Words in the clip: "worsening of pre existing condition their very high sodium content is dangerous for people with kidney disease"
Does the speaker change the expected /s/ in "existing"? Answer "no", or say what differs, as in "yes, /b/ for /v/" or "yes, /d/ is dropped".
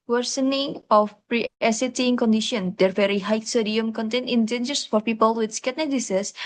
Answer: yes, /s/ is dropped